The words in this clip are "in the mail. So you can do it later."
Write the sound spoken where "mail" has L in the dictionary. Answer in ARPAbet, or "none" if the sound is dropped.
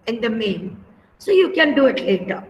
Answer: N